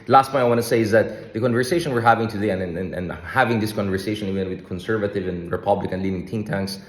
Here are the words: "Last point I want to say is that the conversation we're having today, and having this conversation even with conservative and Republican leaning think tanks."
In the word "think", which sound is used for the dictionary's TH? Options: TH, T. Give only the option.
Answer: T